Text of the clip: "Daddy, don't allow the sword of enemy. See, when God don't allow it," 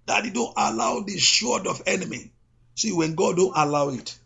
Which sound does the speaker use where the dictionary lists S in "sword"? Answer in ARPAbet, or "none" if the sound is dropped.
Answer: SH